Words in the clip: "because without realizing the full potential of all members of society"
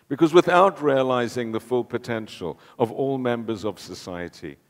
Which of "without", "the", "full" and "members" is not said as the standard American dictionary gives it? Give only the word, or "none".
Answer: none